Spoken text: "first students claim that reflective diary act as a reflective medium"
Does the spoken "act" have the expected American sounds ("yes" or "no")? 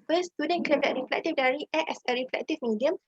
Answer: no